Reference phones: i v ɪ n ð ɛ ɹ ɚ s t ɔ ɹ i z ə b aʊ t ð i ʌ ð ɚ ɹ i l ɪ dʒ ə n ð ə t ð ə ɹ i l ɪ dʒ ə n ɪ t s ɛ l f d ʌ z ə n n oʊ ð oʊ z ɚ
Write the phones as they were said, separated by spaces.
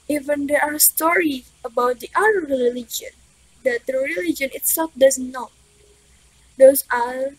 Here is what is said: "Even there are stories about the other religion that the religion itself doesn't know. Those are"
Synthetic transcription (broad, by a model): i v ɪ n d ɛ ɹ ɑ s t ɔ ɹ i ə b aʊ t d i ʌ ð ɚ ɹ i l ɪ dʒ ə n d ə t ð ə ɹ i l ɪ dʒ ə n ɪ t s ɛ l f d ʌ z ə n n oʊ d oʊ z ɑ